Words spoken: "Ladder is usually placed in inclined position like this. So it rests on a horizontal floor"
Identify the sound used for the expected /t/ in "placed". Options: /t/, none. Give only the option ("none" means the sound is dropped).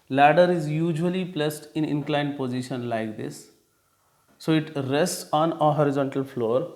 /t/